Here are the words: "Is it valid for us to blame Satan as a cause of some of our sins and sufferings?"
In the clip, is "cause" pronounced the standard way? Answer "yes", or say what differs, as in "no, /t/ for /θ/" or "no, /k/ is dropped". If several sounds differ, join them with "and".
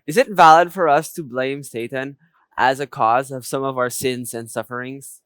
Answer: yes